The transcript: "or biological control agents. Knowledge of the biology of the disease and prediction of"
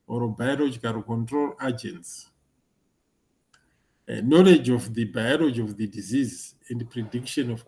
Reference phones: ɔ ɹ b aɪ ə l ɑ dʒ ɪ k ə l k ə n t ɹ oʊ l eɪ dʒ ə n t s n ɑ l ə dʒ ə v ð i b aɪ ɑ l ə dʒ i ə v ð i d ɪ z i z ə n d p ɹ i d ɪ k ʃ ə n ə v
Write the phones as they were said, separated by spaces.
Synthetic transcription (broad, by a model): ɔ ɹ b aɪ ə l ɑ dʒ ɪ k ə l k ə n t ɹ oʊ l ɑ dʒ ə n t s n ɑ l ə dʒ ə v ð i b aɪ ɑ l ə dʒ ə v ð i d ɪ z i z ə n d p ɹ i d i k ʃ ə n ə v